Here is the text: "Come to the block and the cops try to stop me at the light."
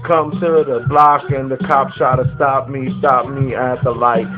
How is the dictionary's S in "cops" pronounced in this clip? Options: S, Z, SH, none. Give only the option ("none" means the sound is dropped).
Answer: SH